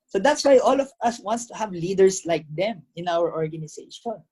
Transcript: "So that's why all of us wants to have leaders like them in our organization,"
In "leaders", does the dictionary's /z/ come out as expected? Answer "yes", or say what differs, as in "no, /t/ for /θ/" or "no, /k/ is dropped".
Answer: no, /s/ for /z/